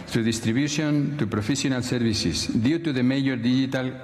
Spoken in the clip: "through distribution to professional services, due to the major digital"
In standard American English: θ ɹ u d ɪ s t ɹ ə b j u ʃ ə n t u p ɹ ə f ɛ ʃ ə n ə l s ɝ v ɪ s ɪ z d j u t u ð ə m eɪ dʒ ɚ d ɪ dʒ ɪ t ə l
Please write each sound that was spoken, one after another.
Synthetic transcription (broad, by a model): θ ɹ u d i s t ɹ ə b j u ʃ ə n t u p ɹ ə f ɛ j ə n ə l s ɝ b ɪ s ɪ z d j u t u ð ə m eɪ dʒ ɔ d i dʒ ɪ t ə l